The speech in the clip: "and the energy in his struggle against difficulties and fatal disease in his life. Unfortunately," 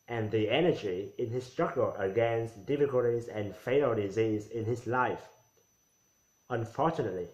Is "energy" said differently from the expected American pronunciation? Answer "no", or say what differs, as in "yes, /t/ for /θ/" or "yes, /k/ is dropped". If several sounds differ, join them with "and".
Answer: no